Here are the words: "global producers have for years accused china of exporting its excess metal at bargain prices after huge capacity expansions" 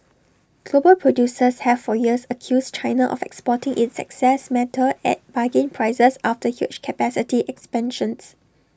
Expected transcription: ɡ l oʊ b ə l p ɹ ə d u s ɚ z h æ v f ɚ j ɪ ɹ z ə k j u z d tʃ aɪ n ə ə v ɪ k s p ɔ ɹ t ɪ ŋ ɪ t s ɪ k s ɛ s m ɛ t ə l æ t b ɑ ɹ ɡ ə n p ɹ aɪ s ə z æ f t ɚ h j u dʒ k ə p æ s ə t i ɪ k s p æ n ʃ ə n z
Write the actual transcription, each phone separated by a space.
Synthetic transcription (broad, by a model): ɡ l oʊ b ə l p ɹ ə d u s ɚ s h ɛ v f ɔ j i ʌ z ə k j u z tʃ aɪ n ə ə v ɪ k s p ɔ t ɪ ŋ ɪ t s ɪ k s ɛ s m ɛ t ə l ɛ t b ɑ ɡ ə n p ɹ aɪ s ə s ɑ f t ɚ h j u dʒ k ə p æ s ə t i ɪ k s p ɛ n ʃ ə n s